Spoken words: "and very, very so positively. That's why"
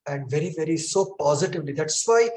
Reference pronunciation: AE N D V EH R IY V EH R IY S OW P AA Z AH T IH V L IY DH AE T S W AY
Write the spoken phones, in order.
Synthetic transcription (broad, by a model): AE N D V EH R IY V EH R IY S OW P AA Z AH T IH V L IY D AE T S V AY